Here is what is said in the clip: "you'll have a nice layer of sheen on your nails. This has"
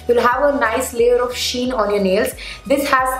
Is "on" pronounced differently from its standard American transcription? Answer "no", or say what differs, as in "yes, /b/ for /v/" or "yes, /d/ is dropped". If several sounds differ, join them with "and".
no